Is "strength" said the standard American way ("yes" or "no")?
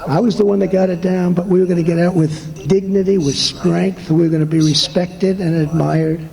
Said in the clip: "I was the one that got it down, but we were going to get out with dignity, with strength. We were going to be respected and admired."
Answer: yes